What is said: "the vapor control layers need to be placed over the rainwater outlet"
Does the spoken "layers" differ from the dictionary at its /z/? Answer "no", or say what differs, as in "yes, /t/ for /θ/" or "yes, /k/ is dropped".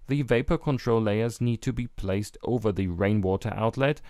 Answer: no